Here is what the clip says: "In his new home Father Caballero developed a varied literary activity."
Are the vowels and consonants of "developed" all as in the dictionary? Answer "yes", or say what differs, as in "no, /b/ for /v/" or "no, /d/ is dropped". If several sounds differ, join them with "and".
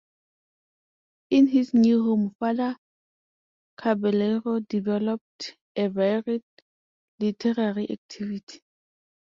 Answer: yes